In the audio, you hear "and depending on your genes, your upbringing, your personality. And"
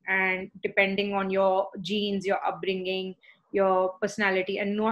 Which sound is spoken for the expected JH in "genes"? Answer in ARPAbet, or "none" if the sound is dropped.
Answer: JH